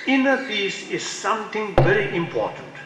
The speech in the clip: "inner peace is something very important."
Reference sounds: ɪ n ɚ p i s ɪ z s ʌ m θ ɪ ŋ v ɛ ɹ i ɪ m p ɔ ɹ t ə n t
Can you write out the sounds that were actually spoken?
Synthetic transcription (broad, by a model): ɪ n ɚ f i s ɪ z s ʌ m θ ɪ ŋ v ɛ ɹ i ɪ m p ɔ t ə n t